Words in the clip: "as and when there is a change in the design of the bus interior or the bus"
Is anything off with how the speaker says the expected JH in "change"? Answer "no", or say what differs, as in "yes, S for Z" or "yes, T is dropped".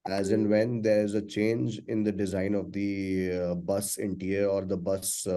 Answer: no